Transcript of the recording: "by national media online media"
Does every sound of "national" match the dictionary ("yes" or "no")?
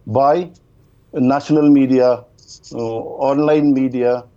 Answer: no